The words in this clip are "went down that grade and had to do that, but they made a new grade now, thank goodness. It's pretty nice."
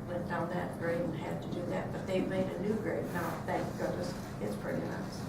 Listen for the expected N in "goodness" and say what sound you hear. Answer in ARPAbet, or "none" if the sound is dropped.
none